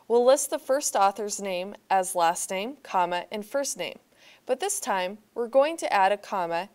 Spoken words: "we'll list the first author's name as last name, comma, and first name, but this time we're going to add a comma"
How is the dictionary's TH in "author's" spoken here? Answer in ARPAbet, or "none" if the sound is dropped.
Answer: TH